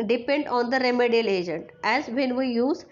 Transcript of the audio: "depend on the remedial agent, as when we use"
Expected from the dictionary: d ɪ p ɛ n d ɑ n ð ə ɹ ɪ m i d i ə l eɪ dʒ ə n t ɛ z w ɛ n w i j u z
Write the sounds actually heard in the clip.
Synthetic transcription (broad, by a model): d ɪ p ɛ n d ɑ n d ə ɹ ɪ m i d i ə l eɪ dʒ ə n t ɛ z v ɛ n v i j u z